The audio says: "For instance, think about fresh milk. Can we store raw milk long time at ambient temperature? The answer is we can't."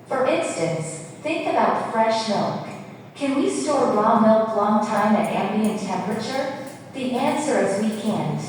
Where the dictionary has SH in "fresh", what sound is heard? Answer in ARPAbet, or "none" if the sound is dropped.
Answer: SH